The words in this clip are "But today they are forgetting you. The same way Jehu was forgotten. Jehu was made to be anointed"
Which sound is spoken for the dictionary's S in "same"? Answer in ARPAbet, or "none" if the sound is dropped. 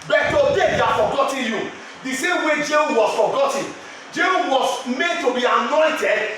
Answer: S